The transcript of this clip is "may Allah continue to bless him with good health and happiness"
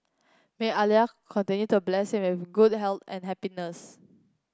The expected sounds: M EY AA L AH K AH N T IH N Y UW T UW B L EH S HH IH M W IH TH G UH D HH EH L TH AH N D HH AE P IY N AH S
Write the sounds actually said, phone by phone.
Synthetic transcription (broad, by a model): M EY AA L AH K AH N T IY N Y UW T UW B L EH S HH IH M W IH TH G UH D HH EH L T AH N HH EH P IY N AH S